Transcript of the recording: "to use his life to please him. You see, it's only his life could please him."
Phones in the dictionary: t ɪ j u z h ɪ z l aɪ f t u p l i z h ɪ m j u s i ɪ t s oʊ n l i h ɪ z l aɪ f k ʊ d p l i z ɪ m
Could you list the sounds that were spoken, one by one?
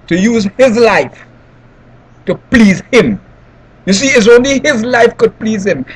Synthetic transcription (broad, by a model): t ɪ j u z h ɪ z l aɪ f t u p l i z h ɪ m j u s i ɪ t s oʊ n l i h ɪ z l aɪ f k ʊ d p l i z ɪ m